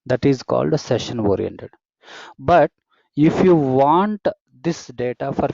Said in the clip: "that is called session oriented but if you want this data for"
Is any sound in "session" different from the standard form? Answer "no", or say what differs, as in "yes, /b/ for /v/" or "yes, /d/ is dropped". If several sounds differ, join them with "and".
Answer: no